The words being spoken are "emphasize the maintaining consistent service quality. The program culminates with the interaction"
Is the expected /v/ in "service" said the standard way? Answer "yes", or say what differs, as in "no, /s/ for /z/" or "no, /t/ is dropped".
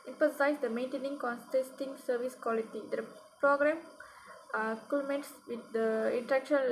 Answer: yes